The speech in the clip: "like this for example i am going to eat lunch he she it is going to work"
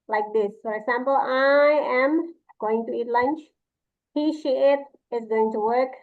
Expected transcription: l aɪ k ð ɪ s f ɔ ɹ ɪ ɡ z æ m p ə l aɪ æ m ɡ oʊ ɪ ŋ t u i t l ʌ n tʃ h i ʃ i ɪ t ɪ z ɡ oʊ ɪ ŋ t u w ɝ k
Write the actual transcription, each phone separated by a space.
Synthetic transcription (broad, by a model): l aɪ k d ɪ s f ɔ ɹ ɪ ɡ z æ m p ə l aɪ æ m ɡ oʊ ɪ ŋ t u i t l ʌ n tʃ h i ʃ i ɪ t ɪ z ɡ oʊ ɪ ŋ t u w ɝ k